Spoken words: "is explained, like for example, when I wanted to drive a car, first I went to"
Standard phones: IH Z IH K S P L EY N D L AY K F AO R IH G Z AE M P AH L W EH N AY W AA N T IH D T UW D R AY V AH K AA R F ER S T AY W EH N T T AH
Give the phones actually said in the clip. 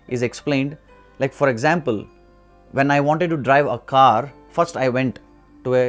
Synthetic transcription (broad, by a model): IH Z IH K S P L EY N D L AY K F AO R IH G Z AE M P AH L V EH N AY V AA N T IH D T UW D R AY V AH K AA R F ER S T AY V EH N T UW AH